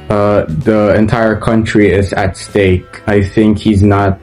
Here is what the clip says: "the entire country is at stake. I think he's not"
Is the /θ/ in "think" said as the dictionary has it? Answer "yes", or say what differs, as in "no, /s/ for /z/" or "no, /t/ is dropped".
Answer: yes